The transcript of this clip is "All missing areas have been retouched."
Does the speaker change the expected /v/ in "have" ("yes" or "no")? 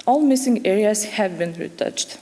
no